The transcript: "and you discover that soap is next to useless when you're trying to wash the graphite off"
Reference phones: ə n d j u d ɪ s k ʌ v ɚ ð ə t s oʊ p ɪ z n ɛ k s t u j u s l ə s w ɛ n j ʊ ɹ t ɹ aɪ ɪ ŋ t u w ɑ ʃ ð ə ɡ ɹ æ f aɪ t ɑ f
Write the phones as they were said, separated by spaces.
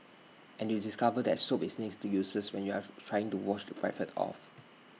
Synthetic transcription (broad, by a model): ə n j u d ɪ s k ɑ v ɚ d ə t s oʊ p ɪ s n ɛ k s t u j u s ə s w ɛ n j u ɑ t ɹ aɪ ɪ ŋ t u w ɑ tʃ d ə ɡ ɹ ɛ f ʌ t ɑ f